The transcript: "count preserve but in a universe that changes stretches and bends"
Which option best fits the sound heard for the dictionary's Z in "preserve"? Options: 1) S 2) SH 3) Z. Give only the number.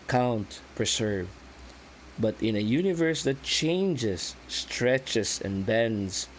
1